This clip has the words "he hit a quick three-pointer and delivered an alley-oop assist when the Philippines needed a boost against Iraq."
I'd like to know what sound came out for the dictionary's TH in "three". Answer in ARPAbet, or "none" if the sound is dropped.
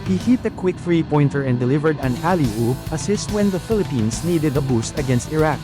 F